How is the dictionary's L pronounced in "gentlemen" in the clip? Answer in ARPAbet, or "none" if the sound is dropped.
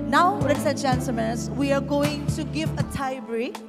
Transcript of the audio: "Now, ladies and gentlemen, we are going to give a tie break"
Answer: none